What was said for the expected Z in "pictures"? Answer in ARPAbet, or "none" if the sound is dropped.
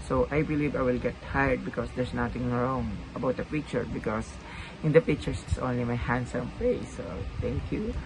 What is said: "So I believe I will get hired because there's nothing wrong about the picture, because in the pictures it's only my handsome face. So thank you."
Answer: S